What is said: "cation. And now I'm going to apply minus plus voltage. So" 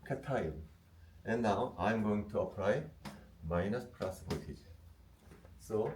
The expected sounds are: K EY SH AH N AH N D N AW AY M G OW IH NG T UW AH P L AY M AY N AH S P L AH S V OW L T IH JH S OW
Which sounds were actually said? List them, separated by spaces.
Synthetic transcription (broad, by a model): K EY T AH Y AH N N N AW AY M G OW IH NG T UW AH P L AY M AY N AH S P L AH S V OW T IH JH S OW